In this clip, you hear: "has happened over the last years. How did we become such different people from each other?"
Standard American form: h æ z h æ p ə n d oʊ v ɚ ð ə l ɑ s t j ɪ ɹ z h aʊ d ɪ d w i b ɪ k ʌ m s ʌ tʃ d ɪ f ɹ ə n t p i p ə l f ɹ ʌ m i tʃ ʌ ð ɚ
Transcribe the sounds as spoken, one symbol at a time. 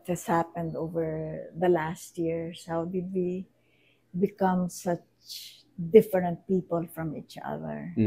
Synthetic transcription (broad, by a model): h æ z h æ p ə n d oʊ v ɚ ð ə l ɑ s t j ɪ ɹ s h aʊ d ɪ d w i b ɪ k ʌ m s ʌ tʃ d ɪ f ɹ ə n t p i p ə l f ɹ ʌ m i tʃ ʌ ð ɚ